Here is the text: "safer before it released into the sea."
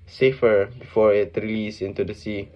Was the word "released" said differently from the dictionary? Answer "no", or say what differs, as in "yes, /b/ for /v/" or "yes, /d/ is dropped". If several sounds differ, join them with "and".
yes, /t/ is dropped